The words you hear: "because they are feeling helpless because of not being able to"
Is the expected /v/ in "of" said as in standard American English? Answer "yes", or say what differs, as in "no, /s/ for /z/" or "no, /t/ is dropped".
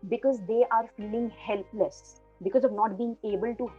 yes